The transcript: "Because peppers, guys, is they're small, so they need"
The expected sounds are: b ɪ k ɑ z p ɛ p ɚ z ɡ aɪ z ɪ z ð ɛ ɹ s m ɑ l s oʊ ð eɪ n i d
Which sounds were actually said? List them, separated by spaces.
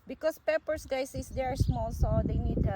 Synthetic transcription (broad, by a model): b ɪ k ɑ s p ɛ p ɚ s ɡ aɪ s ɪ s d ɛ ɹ s m ɑ l s oʊ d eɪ n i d